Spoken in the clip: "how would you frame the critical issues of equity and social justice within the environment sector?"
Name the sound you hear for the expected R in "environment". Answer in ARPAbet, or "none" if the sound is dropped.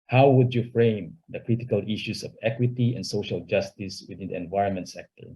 R